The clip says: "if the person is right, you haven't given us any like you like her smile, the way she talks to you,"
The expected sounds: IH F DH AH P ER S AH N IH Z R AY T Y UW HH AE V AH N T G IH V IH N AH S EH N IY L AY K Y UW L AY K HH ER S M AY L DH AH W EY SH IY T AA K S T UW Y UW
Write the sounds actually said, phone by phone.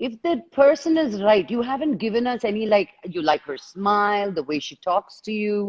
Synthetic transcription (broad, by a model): IH F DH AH P ER S AH N IH Z R AY T Y UW HH AE V AH N T G IH V IH N AH S EH N IY L AY K Y UW L AY K HH ER S M AY L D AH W EY SH IY T AA K S T UW Y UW